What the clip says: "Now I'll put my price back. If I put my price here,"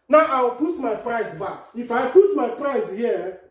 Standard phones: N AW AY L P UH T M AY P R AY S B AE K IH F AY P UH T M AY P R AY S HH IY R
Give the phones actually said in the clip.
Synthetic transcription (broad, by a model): N AW AY W P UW T M AY P R AY S B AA K IH F AY P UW T M AY P R AY S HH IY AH